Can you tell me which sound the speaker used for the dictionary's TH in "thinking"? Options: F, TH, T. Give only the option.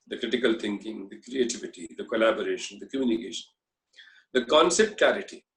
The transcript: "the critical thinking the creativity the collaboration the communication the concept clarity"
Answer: T